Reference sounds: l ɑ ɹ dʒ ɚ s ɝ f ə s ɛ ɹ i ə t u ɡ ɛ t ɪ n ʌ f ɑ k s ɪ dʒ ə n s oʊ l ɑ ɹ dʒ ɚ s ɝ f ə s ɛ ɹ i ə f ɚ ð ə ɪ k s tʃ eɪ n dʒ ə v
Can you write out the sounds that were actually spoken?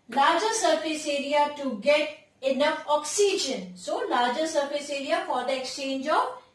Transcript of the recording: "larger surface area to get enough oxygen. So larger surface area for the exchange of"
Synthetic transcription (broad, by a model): l ɑ ɹ dʒ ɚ s ɝ f ə s ɛ ɹ i ə t u ɡ ɛ t ɪ n ʌ f ɑ k s ɪ dʒ ə n s oʊ l ɑ ɹ dʒ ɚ s ɝ f ə s ɛ ɹ i ə f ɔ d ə ɪ k s tʃ eɪ n dʒ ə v